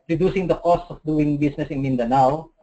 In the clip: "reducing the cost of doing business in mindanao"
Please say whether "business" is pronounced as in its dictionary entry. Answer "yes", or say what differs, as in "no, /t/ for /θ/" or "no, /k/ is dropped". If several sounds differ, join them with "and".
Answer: no, /s/ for /z/